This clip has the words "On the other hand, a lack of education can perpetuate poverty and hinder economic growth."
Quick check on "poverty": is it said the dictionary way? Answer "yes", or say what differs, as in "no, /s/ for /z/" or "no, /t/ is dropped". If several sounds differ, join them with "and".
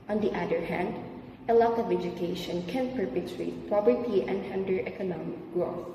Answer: no, /b/ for /v/